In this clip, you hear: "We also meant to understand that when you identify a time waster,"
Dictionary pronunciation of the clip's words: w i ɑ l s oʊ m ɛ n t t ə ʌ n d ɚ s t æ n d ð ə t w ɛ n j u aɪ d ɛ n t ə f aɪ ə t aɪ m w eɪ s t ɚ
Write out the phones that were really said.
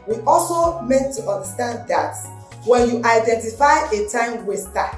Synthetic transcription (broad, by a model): w i ɑ l s oʊ m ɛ n t t ə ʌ n d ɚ s t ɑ n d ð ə t w ɛ n j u aɪ d ɛ n t ə f aɪ ə t aɪ m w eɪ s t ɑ